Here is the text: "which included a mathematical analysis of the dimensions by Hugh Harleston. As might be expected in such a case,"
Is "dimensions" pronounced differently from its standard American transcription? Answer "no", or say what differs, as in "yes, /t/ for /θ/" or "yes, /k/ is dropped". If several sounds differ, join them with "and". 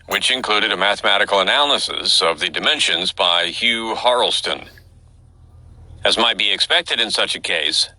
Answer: no